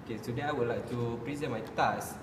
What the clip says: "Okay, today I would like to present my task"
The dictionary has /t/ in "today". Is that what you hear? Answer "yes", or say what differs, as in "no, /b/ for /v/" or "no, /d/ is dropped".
no, /s/ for /t/